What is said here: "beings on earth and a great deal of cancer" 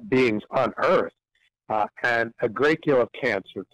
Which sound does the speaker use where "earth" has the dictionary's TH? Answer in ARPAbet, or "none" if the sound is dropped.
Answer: TH